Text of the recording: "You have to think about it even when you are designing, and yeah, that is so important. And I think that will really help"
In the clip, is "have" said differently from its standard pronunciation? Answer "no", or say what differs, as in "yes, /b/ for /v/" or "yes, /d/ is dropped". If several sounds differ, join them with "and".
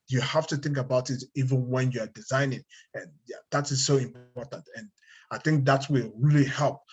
yes, /f/ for /v/